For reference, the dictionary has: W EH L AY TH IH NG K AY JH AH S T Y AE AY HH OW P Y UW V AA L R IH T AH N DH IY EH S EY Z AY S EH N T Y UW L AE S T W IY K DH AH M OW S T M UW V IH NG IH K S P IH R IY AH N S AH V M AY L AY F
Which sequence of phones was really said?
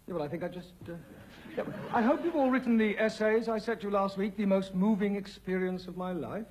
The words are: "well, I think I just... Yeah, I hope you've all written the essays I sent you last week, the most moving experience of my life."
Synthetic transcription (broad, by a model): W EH L AY TH IH NG K AY JH AH S T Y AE AY HH OW P Y UW V AA L R IH T N DH IY EH S EY Z AY S EH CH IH L AE S T W IY K DH AH M OW S T M UW V IH NG IH K S P IH R IY AH N S AH V M AY L AY F